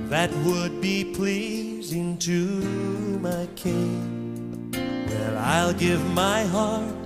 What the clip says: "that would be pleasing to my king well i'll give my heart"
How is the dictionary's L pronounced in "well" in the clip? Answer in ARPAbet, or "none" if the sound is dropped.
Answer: N